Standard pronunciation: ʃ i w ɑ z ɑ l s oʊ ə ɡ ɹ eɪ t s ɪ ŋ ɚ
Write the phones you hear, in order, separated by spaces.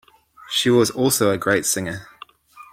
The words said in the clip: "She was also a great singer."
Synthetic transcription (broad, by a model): ʃ i w ɑ z ɑ l s oʊ ə ɡ ɹ eɪ t s ɪ ŋ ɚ